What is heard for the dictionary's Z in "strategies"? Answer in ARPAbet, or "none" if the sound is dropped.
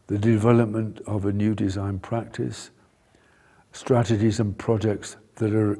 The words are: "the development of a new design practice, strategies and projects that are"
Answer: Z